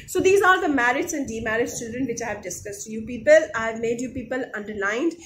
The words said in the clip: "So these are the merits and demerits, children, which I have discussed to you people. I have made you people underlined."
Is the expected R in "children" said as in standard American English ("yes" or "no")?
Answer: no